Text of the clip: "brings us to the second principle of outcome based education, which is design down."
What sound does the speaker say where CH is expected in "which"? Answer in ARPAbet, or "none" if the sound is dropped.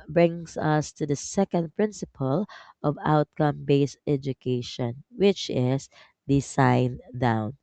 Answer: CH